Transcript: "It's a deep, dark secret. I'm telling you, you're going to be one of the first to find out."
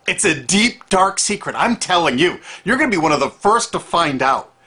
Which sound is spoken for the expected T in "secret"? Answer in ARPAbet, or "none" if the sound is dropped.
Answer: T